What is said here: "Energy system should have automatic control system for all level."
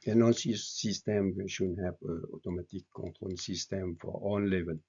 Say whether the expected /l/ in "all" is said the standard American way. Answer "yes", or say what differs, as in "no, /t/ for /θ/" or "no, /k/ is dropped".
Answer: no, /n/ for /l/